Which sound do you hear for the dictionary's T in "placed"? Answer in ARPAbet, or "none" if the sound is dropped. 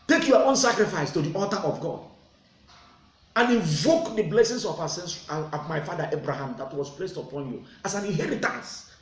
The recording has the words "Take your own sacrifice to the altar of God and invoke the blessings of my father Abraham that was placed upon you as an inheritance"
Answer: T